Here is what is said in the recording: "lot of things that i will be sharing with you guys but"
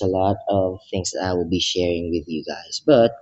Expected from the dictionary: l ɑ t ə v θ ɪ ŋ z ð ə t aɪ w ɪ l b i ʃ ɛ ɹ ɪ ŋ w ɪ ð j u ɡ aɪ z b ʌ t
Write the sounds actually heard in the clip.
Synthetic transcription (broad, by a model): l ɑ t ə v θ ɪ ŋ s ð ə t aɪ w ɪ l b i ʃ ɛ ɹ ɪ ŋ w ɪ ð j u ɡ aɪ s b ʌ t